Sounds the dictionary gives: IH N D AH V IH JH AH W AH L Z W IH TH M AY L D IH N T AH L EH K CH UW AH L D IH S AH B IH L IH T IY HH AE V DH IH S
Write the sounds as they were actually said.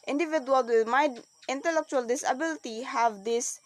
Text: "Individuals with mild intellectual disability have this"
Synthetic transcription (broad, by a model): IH N D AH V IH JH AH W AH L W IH M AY D IH N T AH L EH K CH UW AH L D IH S AH B IH L IH T IY HH AE V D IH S